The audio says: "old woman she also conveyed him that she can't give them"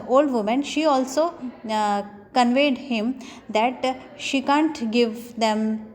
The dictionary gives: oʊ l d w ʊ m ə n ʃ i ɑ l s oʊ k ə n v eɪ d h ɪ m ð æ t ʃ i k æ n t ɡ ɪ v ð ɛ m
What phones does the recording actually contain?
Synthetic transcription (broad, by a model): oʊ l d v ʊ m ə n ʃ i ɑ l s oʊ k ə n v eɪ d h ɪ m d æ t ʃ i k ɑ n t ɡ ɪ v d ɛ m